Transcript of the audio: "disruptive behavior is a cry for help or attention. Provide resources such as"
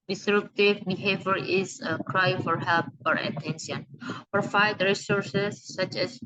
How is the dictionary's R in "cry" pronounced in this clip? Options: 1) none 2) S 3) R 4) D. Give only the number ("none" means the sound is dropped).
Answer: 3